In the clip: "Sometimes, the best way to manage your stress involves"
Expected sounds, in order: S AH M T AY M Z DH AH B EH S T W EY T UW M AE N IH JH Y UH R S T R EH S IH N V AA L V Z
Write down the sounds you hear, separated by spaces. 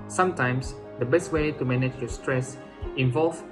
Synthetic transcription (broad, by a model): S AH M T AY M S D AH B EH S T W EY T UW M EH N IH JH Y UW S T R EH S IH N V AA L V